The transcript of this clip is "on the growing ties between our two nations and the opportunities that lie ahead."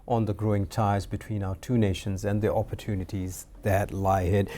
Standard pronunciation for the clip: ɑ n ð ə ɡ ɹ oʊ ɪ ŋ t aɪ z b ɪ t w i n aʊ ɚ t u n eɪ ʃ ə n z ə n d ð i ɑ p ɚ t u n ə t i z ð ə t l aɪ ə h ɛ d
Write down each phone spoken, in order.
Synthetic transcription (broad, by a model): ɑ n ð ə ɡ ɹ oʊ ɪ ŋ t aɪ z b ɪ t w i n aʊ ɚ t u n eɪ ʃ ə n z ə n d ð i ɑ p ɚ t u n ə t i z ð ə t l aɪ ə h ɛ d